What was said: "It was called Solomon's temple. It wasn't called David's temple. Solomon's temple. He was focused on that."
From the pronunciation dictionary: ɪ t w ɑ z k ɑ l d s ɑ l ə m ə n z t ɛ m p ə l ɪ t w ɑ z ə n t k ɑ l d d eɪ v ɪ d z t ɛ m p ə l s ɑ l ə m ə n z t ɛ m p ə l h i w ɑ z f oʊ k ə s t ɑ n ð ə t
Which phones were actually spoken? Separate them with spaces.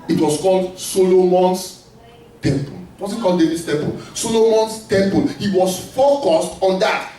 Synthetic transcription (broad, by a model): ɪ t w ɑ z k ɑ l d s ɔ l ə m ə n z t ɛ m p ə l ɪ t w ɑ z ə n k ɑ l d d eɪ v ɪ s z t ɛ m p ə l s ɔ l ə m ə n s t ɛ m p ə l h i w ɑ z f oʊ k ə s t ɑ n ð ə t